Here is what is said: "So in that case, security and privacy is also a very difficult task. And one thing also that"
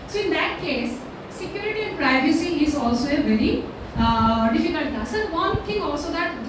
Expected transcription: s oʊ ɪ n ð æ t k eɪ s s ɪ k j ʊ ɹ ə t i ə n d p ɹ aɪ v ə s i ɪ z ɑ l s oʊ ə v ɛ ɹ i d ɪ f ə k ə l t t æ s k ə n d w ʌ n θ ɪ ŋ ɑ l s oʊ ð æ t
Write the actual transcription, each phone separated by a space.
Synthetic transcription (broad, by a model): s oʊ ɪ n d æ t k eɪ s s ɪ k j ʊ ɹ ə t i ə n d p ɹ aɪ v ə s i ɪ z ɑ l s oʊ ə v ɛ ɹ i d ɪ f ə k ə l t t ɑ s ə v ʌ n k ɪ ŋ ɑ l s oʊ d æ t